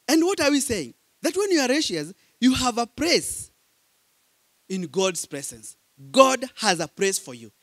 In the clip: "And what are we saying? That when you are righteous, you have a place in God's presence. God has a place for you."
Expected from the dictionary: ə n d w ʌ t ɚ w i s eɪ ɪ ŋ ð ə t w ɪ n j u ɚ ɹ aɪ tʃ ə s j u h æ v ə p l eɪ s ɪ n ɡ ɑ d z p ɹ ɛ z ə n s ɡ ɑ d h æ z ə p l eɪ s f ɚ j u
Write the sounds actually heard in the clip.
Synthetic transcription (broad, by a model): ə n d w ʌ t ɚ w i s eɪ ɪ ŋ ð ə t w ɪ n j u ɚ ɹ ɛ ʃ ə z j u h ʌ v ə p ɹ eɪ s ɪ n ɡ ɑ d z p ɹ ɛ z ə n s ɡ ɑ d h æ z ə p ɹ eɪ s f ɚ j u